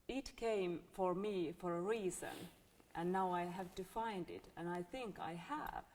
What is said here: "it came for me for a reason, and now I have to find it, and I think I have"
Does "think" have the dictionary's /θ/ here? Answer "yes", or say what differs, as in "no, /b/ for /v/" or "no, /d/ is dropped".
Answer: yes